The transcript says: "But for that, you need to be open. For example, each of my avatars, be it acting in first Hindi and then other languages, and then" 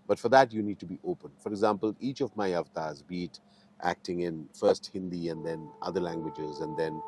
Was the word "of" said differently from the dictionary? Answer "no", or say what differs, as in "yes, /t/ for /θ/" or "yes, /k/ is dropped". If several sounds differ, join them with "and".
no